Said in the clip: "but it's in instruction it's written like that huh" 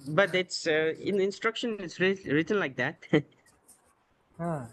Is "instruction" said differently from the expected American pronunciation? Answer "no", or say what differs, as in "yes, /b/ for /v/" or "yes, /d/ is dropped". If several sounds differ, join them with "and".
no